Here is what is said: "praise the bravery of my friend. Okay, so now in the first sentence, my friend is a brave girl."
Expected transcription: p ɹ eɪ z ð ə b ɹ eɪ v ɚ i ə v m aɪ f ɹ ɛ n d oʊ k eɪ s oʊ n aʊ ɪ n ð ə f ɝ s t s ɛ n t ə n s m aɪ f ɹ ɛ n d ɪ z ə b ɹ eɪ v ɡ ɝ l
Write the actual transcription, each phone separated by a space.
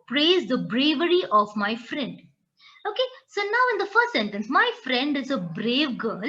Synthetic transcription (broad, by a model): p ɹ eɪ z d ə b ɹ eɪ v ɚ i ə v m aɪ f ɹ ɛ n d oʊ k eɪ s oʊ n aʊ ɪ n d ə f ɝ s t s ɛ n t ə n s m aɪ f ɹ ɛ n d ɪ z ə b ɹ eɪ v ɡ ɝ l